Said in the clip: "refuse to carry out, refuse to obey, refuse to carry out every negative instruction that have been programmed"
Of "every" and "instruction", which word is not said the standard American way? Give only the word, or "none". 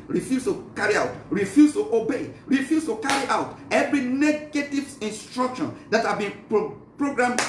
none